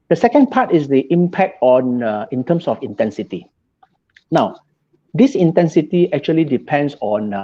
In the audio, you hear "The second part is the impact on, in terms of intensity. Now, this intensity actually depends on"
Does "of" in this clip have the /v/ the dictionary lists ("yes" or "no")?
no